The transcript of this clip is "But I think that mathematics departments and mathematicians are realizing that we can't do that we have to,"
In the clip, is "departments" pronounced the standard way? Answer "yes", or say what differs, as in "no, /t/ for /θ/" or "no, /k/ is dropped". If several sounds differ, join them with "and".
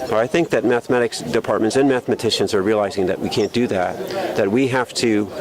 yes